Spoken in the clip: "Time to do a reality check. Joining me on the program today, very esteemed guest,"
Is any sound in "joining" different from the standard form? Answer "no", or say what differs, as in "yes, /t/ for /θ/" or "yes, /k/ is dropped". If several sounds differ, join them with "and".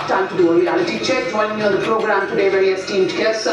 yes, /l/ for /n/